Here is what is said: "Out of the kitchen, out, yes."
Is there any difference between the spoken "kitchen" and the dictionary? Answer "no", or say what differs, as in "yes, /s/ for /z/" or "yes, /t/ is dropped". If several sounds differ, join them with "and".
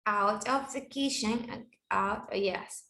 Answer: yes, /ʃ/ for /tʃ/